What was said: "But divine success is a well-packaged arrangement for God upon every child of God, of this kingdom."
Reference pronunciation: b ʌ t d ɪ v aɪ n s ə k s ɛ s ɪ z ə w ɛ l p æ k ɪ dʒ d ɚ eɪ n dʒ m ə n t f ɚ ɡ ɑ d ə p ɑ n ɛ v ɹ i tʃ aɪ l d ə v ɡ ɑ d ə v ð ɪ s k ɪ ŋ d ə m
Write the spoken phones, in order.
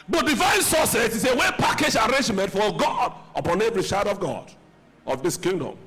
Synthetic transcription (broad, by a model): b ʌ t d ɪ v aɪ n s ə s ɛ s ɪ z ə w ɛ p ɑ k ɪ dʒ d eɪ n dʒ m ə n t f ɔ ɡ ɑ d ə p ɑ n ɛ v ɹ i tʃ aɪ d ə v ɡ ɑ d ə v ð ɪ s k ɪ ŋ d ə m